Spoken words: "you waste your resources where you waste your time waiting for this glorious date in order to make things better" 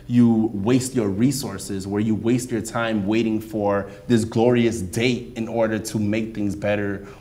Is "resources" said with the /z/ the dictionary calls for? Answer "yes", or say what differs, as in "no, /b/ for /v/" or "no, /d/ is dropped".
yes